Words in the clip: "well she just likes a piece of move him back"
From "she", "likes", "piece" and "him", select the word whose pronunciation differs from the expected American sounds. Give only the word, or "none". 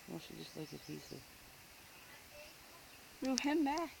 likes